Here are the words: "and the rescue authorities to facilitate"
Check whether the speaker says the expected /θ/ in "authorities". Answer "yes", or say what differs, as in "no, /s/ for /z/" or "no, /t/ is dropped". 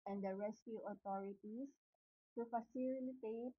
no, /t/ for /θ/